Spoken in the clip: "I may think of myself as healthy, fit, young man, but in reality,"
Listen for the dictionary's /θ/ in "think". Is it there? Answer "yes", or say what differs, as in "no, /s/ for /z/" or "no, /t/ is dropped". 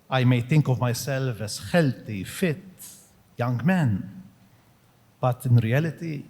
no, /t/ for /θ/